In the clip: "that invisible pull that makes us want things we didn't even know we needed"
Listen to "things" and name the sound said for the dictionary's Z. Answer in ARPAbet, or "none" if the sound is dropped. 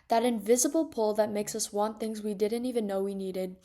Z